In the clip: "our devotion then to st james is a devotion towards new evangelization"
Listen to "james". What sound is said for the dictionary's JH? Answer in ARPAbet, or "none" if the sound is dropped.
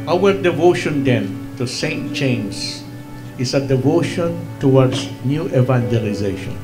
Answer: CH